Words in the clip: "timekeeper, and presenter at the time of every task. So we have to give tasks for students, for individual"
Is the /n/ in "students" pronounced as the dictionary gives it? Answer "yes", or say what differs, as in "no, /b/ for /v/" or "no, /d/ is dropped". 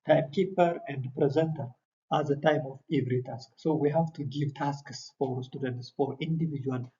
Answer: yes